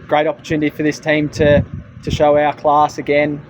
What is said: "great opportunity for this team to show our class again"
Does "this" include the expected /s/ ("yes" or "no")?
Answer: yes